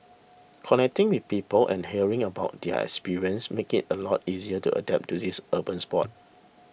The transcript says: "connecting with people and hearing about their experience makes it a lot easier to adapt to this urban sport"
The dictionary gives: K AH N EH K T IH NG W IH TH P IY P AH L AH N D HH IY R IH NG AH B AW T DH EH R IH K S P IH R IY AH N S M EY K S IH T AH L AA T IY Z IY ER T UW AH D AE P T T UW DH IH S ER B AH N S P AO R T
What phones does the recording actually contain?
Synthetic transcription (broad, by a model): K AH N EH K T IH NG W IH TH P IY P AH L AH N HH IY R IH NG AH B AW T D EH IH K S P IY R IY AH N S M EY K IH T AH L AA T IY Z IY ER T UW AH D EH P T T UW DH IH S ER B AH N S P AO T